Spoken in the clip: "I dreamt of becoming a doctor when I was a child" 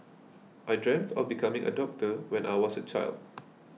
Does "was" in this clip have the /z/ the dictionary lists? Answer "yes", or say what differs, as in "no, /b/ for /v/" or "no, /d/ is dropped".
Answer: no, /s/ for /z/